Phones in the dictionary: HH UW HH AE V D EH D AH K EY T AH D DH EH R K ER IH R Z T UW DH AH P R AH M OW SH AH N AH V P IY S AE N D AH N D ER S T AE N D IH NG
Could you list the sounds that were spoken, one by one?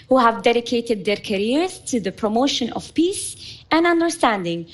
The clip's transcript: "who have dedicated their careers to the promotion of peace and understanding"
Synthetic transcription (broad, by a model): HH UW HH AE V D EH D AH K EY T AH D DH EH R K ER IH R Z T UW DH AH P R AH M OW SH AH N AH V P IY S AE N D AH N D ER S T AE N D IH NG